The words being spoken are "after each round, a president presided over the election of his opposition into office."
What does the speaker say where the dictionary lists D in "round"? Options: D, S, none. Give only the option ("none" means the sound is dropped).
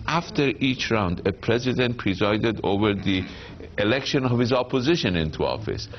D